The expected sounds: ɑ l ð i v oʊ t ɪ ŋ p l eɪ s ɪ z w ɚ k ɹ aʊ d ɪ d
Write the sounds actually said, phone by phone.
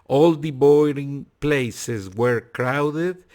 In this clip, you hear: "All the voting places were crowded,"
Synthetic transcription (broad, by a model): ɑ l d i b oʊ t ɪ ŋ p l eɪ s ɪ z w ɚ k ɹ aʊ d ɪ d